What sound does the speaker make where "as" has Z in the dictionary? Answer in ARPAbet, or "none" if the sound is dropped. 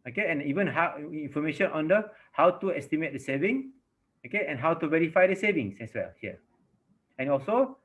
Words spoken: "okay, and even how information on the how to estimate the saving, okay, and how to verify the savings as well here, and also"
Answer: S